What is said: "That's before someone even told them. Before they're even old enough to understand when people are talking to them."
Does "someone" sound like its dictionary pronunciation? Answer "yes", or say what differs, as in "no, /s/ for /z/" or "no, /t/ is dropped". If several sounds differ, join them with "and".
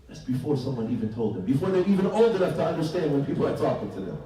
yes